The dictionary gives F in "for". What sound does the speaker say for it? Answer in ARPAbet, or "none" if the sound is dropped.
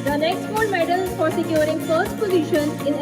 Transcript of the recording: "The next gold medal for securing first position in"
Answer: P